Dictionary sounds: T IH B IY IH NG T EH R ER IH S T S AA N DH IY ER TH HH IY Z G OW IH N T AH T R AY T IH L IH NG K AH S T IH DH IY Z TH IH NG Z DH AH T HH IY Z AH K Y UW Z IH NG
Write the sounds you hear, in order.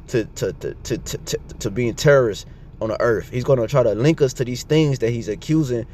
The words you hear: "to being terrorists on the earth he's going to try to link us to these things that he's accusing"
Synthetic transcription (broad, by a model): T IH B IY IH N T EH R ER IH S T N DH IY ER TH HH IY Z G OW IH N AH T R AY T IH L IH NG K AH S T IH DH IY Z TH IH NG Z DH AH T HH IY Z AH K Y UW Z IH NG